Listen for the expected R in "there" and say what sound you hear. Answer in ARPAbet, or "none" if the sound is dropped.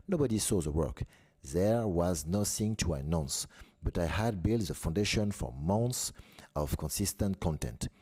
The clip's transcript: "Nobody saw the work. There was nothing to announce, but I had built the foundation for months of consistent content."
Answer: R